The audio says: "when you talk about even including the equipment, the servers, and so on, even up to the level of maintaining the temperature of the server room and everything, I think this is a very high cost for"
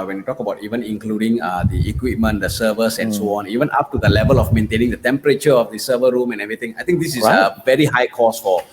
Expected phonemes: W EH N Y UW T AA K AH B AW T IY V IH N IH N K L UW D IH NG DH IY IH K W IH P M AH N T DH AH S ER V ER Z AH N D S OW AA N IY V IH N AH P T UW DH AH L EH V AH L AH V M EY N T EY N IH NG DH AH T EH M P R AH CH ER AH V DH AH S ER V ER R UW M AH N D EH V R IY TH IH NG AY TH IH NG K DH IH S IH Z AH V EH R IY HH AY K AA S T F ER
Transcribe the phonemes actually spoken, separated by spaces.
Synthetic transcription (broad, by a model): W EH N Y UW T AA K AH B AW T IY V IH N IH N K L UW D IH NG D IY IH K W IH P M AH N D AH S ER V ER S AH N S OW AA N IY V IH N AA P T UW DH AH L EH V AH L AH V M EY N T EY N IH NG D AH T EH M P R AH CH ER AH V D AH S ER V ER R UW M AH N EH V R IY T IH NG AY T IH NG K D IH S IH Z AH V EH R IY HH AY K AA S F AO